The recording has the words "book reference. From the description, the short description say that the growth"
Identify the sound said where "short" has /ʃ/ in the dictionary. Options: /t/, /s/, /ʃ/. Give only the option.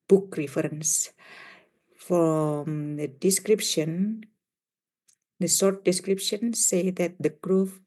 /s/